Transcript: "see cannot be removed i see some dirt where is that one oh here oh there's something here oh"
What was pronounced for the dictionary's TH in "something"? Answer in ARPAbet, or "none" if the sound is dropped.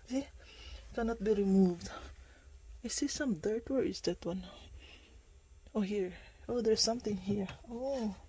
T